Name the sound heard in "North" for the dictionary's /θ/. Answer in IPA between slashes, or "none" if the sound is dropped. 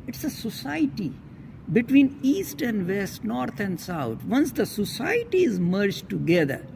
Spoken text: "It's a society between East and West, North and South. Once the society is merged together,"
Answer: /t/